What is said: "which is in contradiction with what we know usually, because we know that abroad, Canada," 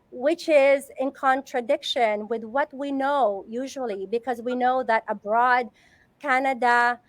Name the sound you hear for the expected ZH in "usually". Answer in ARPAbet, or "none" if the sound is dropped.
ZH